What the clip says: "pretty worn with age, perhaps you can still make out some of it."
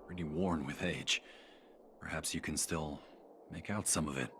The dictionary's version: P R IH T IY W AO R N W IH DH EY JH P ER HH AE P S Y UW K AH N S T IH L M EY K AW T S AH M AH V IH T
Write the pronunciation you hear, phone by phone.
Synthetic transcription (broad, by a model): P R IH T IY W AO R N W IH DH EY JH P ER HH AE P S Y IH K AH N S T IH L M EY K AW T S AH M AH V IH T